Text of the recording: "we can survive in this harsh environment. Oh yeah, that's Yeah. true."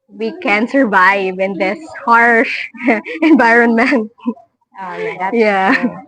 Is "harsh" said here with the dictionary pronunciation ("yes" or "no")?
yes